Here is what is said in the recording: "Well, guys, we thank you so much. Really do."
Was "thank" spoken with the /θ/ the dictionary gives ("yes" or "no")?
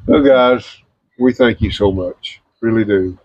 yes